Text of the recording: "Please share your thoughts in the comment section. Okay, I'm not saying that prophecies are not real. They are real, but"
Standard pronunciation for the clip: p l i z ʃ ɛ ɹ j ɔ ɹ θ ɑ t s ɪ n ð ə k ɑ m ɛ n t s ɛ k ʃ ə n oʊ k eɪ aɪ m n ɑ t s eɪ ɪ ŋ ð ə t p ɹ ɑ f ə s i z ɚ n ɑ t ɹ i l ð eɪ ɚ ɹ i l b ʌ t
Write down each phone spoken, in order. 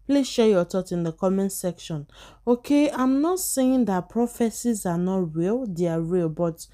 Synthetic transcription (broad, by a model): p l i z ʃ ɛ j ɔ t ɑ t ɪ n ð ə k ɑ m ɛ n s ɛ k ʃ ə n oʊ k eɪ aɪ m n ɑ t s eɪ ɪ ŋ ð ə t p ɹ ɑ f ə s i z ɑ n ɑ t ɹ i l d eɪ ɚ ɹ i l b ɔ t